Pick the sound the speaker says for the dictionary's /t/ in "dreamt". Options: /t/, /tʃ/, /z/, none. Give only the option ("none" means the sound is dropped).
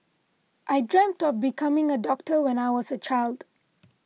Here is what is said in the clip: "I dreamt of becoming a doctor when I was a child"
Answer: /t/